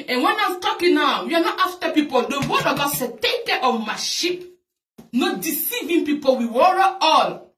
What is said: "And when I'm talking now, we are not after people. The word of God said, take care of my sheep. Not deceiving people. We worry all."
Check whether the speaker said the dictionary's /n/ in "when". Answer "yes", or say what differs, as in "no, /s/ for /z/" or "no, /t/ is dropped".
yes